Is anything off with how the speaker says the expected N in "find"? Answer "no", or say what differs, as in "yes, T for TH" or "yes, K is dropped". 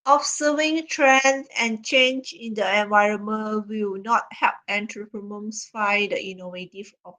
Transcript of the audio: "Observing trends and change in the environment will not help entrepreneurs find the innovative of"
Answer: yes, N is dropped